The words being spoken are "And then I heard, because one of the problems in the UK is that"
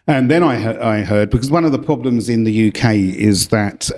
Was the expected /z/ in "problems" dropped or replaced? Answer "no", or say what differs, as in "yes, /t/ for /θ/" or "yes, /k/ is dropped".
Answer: no